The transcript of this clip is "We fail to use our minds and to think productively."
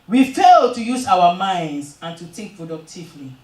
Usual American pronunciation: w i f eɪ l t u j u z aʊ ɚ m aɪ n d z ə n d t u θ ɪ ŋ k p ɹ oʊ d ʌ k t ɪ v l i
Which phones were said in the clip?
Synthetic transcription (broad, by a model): w i f eɪ l t u j u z aʊ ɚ m aɪ n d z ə n t u t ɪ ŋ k p ɹ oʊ d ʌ k t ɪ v l i